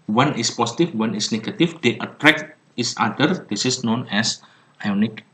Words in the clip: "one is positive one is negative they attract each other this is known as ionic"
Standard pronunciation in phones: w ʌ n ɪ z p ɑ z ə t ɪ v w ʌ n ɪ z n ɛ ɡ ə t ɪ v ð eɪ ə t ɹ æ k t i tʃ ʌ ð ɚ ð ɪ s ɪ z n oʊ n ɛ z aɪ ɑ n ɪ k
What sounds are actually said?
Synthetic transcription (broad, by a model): w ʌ n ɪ s p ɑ s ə t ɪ f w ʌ n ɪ s n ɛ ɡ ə t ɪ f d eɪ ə t ɹ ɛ k t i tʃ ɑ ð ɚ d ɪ s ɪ s n oʊ n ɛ s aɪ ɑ n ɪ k